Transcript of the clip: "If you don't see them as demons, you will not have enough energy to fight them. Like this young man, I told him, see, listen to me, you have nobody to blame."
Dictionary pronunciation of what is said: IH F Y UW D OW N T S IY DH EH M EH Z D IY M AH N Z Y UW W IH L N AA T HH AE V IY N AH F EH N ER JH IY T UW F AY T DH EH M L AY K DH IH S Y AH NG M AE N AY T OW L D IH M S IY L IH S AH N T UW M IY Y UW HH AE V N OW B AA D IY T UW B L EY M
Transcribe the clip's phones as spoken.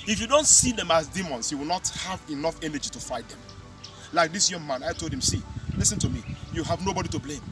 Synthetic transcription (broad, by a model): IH F Y UW D OW N T S IY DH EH M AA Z D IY M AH N S Y UW W IH L N AA T HH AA V IY N AH F EH N ER JH IY T UW F AY T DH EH M L AY K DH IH S Y AH NG M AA N AY T OW L D IH M S IY L IH S AH N T UW M IY Y UW HH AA V N OW B AA D IY T UW B L EY M